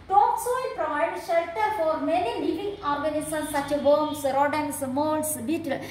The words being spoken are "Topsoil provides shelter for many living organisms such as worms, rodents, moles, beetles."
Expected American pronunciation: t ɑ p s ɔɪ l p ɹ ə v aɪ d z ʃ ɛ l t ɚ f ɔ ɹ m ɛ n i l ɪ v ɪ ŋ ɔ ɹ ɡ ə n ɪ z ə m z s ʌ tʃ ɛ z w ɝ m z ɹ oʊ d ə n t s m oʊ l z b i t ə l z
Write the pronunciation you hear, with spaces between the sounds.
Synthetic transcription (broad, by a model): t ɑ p s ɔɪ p ɹ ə ɪ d ʃ ɛ l t ɚ f ɔ ɹ m ɛ n i l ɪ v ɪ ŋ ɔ ɹ ɡ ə n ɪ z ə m s ʌ tʃ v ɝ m s ɹ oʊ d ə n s m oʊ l s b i t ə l